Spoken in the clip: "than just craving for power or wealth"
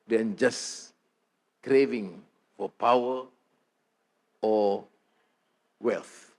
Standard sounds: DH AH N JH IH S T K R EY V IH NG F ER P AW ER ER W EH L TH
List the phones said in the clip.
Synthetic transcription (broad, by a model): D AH N JH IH S K R EY V IH NG F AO P AW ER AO W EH L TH